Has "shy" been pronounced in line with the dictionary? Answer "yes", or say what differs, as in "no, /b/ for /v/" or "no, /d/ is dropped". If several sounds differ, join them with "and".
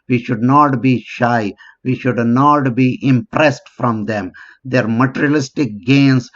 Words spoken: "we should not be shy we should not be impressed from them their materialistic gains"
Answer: yes